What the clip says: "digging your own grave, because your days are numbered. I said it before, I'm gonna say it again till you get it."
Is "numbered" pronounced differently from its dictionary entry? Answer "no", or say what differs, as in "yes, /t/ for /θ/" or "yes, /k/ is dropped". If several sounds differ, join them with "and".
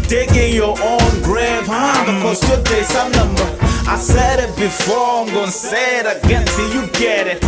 yes, /d/ is dropped